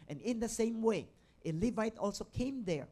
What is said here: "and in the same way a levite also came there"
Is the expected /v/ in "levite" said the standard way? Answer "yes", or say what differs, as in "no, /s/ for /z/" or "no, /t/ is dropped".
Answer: yes